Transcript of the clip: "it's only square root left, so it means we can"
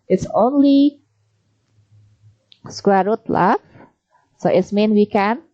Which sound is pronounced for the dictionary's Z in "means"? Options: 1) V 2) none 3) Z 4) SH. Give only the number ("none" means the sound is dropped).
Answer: 2